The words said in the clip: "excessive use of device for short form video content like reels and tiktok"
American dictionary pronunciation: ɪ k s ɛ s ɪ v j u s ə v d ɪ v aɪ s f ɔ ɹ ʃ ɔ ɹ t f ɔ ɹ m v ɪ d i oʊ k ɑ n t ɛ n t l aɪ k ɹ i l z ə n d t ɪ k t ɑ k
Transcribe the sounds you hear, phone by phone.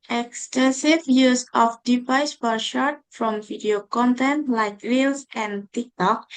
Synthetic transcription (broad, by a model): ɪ k s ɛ s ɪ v j u s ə f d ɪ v aɪ s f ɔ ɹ ʃ ɔ ɹ t f ɔ m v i d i oʊ k ɑ n t ɛ n t l aɪ k ɹ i l s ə n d t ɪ k t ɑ k